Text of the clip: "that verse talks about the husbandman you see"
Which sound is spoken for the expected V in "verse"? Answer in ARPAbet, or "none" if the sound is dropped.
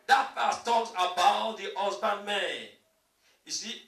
F